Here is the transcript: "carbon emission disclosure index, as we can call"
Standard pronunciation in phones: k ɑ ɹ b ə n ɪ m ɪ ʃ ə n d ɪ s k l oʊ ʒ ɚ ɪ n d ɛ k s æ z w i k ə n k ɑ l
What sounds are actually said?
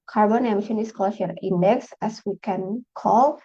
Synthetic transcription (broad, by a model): k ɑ ɹ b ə n ɪ m ɪ ʃ ə n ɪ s k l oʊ ʃ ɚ ɪ n d ɛ k s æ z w i k ə n k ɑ l